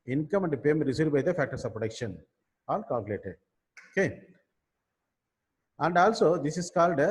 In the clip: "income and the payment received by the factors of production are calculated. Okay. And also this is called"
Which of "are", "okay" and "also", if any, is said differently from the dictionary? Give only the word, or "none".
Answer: are